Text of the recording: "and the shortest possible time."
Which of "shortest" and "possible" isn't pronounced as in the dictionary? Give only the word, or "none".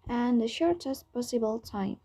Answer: none